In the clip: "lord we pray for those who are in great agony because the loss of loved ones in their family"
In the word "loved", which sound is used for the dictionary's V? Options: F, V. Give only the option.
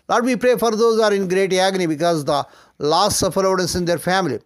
F